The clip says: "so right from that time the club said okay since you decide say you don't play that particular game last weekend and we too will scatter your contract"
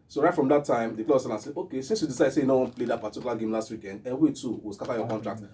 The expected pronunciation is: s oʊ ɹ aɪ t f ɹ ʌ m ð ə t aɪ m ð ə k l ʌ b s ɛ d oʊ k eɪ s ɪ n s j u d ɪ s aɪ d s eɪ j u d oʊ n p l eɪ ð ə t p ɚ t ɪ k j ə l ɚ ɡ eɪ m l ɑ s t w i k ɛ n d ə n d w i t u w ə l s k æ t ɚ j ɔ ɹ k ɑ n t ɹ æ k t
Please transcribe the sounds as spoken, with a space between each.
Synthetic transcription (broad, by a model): s oʊ ɹ aɪ t f ɹ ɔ m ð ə t aɪ m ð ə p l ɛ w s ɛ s oʊ k eɪ s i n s j u d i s aɪ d s eɪ j u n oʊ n p l eɪ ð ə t p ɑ t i k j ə l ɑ ɡ eɪ m l ɑ s t w i k ɛ n d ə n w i t u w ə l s k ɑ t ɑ j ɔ k ɑ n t ɹ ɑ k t